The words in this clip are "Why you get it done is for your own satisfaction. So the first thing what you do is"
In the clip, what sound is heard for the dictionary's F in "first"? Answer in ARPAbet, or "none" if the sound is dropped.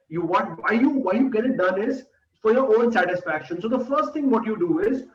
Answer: F